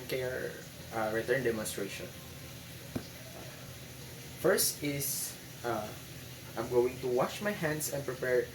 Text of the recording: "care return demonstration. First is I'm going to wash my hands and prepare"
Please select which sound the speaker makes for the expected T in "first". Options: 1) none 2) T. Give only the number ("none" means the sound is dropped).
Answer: 2